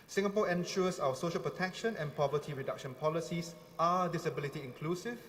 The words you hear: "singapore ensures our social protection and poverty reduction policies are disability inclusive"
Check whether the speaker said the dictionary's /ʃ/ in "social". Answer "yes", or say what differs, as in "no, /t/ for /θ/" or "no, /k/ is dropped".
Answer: yes